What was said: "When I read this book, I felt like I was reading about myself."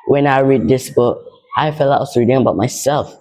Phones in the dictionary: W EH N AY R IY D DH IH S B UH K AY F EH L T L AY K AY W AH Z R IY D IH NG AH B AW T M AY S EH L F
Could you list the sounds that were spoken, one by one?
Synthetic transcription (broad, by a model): W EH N AY R IY D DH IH S B UH K AY F EH L T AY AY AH S R IY D IH NG AH B AW T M AY S EH L F